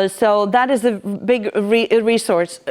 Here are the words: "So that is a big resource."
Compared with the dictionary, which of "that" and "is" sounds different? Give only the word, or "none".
none